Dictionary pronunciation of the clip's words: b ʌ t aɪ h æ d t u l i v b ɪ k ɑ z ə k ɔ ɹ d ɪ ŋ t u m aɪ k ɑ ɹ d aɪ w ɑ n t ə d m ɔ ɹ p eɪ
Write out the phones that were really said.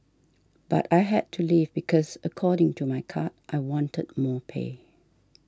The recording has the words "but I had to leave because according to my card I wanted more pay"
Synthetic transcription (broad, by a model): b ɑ t aɪ h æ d t u l i v b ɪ k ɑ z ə k ɔ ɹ d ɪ ŋ t u m aɪ k ɑ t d aɪ w ɑ n t ə d m ɔ p eɪ